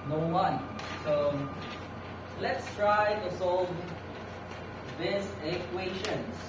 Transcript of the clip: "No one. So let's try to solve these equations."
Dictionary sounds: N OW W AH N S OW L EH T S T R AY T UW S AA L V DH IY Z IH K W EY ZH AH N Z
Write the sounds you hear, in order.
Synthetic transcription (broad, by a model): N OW W AH N S OW L EH T S T R AY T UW S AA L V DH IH S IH K W EY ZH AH N